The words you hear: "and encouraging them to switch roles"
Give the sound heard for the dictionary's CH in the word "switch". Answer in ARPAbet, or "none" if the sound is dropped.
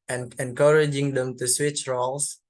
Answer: CH